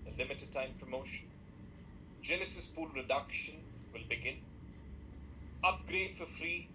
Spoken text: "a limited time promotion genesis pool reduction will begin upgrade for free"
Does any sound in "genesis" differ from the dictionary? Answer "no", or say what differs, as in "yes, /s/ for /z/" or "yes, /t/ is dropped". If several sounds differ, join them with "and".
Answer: yes, /l/ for /n/